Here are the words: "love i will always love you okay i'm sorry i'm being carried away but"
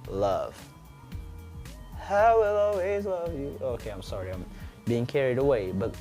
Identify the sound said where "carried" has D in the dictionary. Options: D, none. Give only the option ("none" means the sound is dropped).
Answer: D